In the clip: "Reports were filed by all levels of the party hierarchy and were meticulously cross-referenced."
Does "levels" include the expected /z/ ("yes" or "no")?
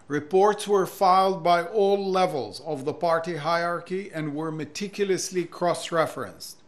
yes